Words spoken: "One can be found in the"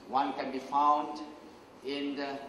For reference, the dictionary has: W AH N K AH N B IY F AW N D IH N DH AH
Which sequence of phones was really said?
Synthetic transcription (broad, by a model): W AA N K AH N B IY F AW N D IH N